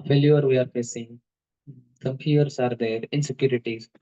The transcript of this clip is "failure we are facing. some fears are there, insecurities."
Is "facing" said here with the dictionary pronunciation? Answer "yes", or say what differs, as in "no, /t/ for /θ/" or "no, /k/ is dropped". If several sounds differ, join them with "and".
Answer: yes